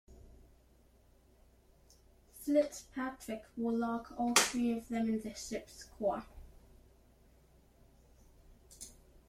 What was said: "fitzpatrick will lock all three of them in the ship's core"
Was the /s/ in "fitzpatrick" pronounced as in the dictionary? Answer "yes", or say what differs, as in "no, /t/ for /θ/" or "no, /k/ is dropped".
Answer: no, /s/ is dropped